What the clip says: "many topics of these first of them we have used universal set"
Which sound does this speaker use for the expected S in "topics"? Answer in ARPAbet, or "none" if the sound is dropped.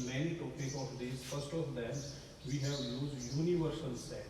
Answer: none